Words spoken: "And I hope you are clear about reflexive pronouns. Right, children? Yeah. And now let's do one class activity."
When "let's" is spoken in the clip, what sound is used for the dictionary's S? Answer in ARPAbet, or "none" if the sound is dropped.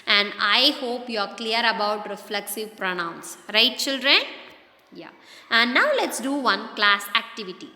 S